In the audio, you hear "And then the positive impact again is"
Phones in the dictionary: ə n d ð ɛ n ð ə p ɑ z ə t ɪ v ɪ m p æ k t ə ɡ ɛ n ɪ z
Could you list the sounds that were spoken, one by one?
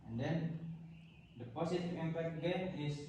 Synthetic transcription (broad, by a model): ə n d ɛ n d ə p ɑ s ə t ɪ ɪ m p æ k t ə ɡ ɛ n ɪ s